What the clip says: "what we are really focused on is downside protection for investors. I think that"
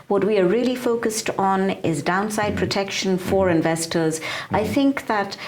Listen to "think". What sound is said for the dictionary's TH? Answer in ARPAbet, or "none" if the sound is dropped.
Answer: TH